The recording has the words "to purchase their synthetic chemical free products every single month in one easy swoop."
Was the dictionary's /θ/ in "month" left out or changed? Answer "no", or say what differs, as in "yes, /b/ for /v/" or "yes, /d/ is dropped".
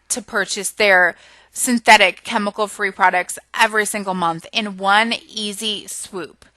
no